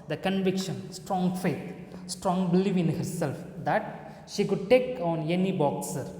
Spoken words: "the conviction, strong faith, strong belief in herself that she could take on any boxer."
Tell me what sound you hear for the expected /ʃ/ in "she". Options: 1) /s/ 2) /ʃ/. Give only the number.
2